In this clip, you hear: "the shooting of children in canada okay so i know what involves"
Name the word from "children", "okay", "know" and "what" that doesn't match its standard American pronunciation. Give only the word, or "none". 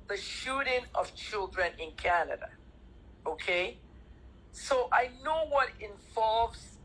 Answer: none